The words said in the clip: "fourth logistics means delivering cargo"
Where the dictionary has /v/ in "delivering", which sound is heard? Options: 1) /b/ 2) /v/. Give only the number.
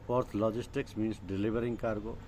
1